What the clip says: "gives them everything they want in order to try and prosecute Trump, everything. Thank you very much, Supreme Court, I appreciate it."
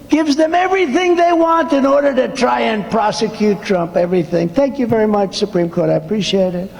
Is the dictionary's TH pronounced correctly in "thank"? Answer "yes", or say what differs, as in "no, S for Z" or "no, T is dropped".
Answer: yes